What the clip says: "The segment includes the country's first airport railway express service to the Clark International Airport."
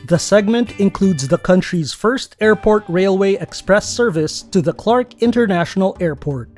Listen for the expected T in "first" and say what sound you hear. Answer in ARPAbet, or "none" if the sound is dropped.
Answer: T